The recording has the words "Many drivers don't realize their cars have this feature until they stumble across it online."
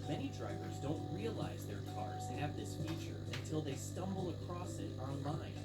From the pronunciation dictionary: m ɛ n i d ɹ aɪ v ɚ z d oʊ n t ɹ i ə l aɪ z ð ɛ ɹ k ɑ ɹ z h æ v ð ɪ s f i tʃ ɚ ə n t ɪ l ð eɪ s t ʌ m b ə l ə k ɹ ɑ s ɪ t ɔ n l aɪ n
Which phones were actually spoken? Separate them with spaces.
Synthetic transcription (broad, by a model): m ɛ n i d ɹ aɪ v ɚ z d oʊ n t ɹ i ə l aɪ z ð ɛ ɹ k ɑ ɹ z h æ v ð ɪ s f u tʃ ɚ ə n t ɪ l ð eɪ s t ʌ m b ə l ə k ɹ ɑ s ɪ t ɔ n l aɪ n